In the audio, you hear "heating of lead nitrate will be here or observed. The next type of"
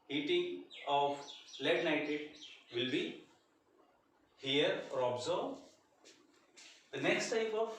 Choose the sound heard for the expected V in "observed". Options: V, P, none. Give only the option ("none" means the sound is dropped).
none